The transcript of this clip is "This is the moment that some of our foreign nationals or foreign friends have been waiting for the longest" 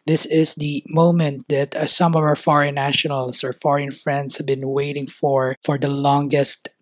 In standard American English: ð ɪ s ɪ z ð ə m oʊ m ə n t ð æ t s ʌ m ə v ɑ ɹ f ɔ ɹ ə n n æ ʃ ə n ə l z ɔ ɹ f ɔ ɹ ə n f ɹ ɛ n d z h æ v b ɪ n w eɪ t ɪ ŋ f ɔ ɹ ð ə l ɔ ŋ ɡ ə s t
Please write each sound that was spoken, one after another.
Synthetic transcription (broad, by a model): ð ɪ s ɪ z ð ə m oʊ m ə n t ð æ t s ʌ m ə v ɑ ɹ f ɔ ɹ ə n n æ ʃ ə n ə l s ɔ ɹ f ɔ ɹ ə n f ɹ ɛ n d s h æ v b ɪ n w eɪ t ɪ ŋ f ɔ ɹ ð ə l ɔ ŋ ɡ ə s t